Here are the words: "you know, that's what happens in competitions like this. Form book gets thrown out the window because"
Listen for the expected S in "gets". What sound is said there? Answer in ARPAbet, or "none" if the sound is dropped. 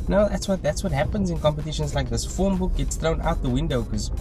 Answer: S